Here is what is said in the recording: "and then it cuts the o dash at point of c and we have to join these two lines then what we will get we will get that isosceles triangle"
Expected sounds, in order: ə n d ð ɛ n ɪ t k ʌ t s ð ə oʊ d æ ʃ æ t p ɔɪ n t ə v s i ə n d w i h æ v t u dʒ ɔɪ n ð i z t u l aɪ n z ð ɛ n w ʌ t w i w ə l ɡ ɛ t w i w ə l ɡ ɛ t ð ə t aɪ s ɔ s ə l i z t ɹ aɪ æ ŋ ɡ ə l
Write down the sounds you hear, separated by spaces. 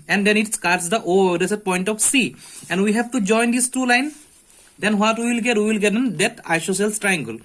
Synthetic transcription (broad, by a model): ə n d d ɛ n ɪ t k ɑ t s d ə oʊ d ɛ s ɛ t p ɔɪ n t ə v s i ə n d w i h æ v t u dʒ ɔɪ n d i s t u l aɪ n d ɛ n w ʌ t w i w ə l ɡ ɛ t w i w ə l ɡ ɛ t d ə t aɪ ʃ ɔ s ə l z t ɹ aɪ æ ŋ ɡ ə l